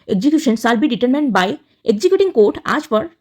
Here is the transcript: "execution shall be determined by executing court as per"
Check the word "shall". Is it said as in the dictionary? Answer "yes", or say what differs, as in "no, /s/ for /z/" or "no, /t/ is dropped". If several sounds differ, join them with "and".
no, /s/ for /ʃ/